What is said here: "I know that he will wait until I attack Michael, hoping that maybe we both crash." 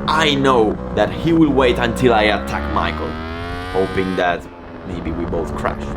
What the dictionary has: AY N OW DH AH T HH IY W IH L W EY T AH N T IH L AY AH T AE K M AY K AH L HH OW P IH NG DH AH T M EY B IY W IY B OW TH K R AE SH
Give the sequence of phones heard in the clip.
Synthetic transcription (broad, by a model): AY N OW DH AH T HH IY W IH L W EY T AH N T IH L AY AH T AE K M AY K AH L HH OW P IH NG DH AH T M EY B IY W IY B OW TH K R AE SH